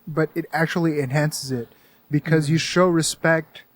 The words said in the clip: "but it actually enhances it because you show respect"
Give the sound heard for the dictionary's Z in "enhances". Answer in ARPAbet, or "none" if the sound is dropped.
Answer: Z